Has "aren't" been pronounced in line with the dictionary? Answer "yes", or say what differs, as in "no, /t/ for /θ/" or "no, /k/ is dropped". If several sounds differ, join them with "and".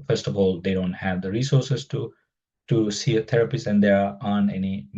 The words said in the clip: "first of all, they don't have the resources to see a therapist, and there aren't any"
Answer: no, /ɹ/ is dropped and /t/ is dropped